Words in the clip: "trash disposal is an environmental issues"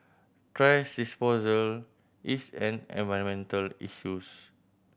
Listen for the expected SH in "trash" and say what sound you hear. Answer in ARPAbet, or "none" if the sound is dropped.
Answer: S